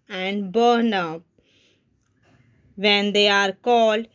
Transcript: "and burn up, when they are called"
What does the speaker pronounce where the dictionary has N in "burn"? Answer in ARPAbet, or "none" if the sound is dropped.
N